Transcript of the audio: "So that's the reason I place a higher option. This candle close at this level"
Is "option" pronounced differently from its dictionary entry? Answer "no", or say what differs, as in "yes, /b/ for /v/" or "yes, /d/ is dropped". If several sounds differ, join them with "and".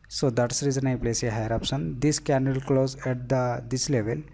yes, /s/ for /ʃ/